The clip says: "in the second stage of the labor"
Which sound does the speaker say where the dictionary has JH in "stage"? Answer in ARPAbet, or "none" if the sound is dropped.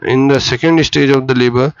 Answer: JH